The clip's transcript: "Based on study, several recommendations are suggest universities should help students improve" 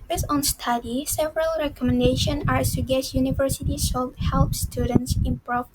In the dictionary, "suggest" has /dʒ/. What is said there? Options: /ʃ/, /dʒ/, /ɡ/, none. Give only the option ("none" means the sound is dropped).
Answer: none